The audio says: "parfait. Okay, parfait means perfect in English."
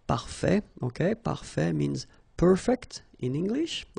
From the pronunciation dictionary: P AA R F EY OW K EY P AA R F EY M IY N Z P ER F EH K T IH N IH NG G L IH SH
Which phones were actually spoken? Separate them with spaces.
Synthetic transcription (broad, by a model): P AA R F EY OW K EY P AA R F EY M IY N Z P ER F EH K T IH N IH NG G L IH SH